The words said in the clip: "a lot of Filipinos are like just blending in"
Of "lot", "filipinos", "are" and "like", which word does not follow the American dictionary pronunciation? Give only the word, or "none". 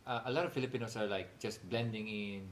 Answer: filipinos